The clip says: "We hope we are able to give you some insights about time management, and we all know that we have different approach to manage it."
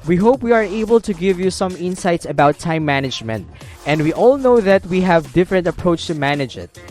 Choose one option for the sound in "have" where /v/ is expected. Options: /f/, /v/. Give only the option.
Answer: /v/